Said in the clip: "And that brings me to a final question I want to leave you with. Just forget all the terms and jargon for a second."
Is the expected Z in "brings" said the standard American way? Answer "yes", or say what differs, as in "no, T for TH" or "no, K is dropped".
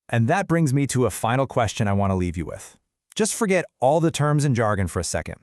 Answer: yes